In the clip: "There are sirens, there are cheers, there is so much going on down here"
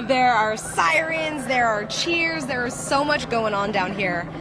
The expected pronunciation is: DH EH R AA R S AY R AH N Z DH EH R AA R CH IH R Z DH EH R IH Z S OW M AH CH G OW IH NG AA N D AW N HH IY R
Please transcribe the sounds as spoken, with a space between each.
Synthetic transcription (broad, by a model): DH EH R AA R S AY R AH N Z DH EH R AA R CH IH R Z DH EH R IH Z S OW M AH CH G OW IH NG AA N D AW N HH IY R